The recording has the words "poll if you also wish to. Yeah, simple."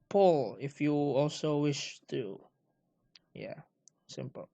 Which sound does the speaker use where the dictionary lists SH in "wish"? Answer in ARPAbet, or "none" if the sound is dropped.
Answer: SH